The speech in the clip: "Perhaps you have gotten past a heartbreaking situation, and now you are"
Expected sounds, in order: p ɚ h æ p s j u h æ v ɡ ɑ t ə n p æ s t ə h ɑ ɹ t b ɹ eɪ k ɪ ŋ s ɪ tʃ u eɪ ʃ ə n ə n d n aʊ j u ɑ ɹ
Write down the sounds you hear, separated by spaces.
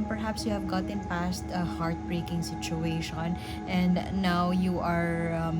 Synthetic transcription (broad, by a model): p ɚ h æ p s j u h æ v ɡ ɑ t ə n p æ s t ə h ɑ ɹ t b ɹ eɪ k ɪ ŋ s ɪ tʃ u eɪ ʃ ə n ə n d n aʊ j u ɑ ɹ